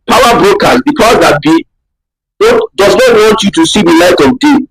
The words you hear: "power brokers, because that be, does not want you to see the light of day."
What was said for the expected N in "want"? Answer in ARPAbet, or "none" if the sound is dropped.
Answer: N